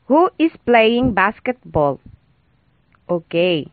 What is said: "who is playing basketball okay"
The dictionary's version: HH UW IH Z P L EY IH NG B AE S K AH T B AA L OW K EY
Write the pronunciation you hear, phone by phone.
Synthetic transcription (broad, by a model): HH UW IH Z P L EY IH NG B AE S K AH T B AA L OW K EY